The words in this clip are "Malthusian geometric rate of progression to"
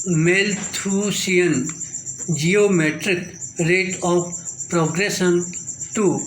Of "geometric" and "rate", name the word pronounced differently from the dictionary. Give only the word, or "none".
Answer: none